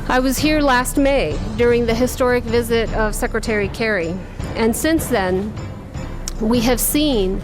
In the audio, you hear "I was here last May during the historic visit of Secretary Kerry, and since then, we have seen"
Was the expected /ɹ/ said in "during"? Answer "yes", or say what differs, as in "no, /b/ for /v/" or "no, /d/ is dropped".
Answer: yes